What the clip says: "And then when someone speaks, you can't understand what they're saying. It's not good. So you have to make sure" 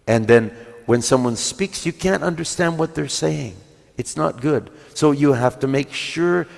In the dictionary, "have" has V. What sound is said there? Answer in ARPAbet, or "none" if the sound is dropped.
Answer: F